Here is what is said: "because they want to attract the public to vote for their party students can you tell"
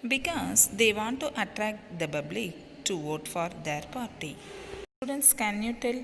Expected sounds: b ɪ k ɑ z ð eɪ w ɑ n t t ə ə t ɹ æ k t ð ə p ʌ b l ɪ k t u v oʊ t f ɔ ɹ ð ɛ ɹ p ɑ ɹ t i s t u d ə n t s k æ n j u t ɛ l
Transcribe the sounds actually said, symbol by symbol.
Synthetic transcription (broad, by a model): b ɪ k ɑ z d eɪ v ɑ n t t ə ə t ɹ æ k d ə b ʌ b l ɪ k t u v oʊ t f ɔ ɹ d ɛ ɹ p ɑ ɹ t i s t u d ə n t s k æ n j u t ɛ l